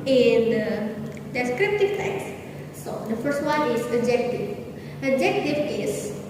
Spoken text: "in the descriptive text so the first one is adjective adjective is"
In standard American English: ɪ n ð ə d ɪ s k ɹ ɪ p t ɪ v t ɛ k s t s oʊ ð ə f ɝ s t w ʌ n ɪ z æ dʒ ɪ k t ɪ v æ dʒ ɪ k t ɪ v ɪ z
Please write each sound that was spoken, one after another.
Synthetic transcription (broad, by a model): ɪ n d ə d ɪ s k ɹ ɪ p t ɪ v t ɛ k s s oʊ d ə f ɝ s t w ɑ n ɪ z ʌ dʒ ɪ k t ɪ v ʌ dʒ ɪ k t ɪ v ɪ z